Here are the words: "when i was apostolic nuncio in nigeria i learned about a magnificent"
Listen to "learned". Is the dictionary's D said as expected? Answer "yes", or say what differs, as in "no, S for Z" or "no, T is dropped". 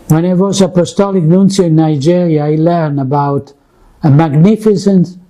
no, D is dropped